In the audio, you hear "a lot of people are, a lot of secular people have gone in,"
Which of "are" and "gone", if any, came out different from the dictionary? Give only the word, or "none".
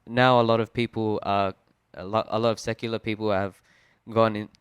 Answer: are